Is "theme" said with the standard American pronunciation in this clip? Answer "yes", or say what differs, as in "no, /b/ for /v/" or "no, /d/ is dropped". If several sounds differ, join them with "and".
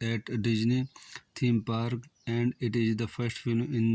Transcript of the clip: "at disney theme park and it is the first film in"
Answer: no, /t/ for /θ/